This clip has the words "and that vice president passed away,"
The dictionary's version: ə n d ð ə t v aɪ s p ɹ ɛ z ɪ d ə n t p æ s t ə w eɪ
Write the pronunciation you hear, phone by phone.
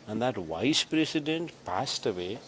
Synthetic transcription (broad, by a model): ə n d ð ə t v aɪ s p ɹ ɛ s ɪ d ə n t p æ s t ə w eɪ